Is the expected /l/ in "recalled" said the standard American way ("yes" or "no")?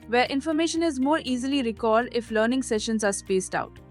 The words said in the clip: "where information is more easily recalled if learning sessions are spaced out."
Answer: no